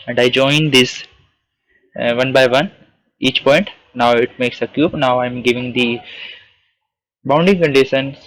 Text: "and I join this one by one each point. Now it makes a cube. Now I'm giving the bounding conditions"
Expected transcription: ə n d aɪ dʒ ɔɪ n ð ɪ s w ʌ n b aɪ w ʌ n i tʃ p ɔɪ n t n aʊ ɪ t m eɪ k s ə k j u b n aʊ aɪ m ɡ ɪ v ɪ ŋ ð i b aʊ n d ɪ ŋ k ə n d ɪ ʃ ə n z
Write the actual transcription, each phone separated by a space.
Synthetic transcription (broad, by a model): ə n d aɪ dʒ ɔɪ n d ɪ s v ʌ n b aɪ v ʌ n i tʃ p ɔɪ n t n aʊ ɪ t m eɪ k s ə k j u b n aʊ aɪ m ɡ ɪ v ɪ ŋ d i b aʊ n d ɪ ŋ k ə n d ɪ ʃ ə n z